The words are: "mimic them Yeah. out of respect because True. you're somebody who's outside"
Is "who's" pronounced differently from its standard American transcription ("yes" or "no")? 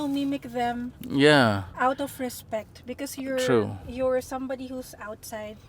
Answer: yes